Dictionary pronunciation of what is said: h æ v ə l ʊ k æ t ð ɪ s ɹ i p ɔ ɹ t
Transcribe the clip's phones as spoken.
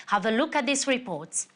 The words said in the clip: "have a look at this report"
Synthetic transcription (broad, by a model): h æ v ə l ʊ k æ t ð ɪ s ɹ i p ɔ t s